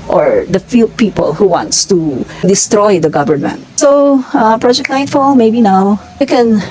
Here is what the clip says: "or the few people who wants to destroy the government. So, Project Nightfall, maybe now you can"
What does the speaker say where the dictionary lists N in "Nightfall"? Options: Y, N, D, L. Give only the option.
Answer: L